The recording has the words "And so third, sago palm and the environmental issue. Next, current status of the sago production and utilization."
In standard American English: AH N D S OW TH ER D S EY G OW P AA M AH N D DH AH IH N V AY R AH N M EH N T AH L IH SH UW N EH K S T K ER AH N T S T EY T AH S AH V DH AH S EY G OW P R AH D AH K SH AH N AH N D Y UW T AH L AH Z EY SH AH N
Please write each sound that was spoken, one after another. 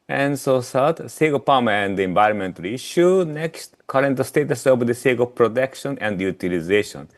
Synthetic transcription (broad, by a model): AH N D S OW S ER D S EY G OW P AA M AH N D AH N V AY R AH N M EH N T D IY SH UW N EH K S T K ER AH N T S T EY T AH S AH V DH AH S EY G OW P R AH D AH K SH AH N AH N D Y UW T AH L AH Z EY SH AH N